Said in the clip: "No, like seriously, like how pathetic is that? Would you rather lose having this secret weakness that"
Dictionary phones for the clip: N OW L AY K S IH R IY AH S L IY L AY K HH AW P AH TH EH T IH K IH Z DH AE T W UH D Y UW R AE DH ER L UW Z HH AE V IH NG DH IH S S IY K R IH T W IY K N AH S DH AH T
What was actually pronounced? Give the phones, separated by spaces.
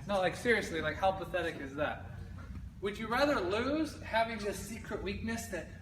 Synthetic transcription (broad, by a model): N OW L AY K S IH R IY AH S L IY L AY K HH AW P AH TH EH T IH K IH Z DH AE T W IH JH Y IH R AE DH ER L UW Z HH AE V IH NG DH IH S S IY K R IH T W IY K N AH S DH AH T